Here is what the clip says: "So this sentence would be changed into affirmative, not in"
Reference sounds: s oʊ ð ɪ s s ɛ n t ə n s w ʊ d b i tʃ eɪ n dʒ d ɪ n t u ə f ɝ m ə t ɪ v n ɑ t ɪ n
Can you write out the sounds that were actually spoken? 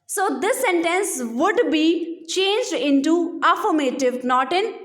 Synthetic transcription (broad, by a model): s oʊ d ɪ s s ɛ n t ə n s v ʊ d b i tʃ eɪ n dʒ d ɪ n t u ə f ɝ m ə t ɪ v n ɑ t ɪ n